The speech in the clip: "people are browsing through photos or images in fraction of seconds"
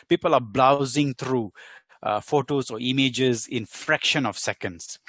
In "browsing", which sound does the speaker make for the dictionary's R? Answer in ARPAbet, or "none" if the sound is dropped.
L